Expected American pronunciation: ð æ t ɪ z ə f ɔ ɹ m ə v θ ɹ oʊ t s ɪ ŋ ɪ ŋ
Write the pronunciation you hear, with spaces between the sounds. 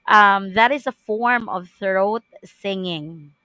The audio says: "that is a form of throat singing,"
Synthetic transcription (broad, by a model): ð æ t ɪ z ə f ɔ ɹ m ə v θ ɹ oʊ t s ɪ ŋ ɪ ŋ